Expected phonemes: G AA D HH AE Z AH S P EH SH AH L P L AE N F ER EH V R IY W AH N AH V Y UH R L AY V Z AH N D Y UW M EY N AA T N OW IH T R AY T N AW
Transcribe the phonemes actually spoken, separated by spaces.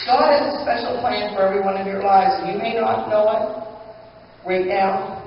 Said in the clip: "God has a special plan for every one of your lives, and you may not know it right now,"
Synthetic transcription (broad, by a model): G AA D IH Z AH S P EH SH L P L AE N F ER EH V R IY W AH N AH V Y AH R L AY V Z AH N Y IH M EY N AA T N OW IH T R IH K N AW